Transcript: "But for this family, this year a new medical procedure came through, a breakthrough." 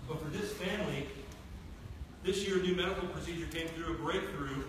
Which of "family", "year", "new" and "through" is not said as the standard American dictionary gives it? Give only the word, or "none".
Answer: none